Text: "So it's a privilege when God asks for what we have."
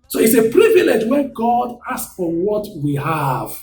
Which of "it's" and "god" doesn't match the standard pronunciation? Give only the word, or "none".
none